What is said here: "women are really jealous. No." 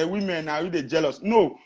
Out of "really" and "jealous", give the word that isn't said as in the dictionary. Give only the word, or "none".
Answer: really